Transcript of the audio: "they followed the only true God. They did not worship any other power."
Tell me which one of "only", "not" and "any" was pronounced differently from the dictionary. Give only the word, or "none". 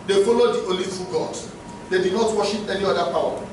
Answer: only